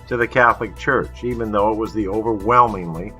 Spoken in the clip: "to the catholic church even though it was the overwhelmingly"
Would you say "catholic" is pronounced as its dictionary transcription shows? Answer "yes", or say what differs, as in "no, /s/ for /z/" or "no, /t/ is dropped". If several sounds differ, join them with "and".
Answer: yes